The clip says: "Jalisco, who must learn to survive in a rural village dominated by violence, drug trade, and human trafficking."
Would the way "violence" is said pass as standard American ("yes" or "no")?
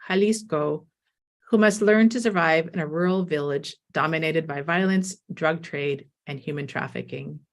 yes